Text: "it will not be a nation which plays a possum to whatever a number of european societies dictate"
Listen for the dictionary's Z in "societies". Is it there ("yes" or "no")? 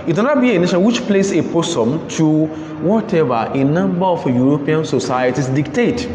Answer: no